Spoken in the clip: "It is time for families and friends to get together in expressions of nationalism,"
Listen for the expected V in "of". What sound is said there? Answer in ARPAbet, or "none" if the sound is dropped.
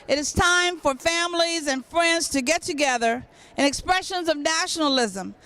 V